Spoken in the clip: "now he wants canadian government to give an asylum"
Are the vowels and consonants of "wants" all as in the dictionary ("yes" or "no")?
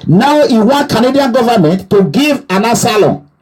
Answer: no